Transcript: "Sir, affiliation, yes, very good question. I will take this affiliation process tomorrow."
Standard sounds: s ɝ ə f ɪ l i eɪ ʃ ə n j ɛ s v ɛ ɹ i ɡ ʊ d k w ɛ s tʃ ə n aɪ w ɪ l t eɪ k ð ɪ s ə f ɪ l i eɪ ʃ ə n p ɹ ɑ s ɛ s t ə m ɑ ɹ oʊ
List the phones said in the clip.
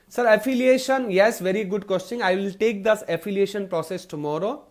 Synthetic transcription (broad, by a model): s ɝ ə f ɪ l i eɪ ʃ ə n j ɛ s v ɛ ɹ i ɡ ʊ d k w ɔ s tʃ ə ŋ aɪ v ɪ l t eɪ k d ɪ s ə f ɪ l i eɪ ʃ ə n p ɹ ɑ s ɛ s t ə m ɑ ɹ oʊ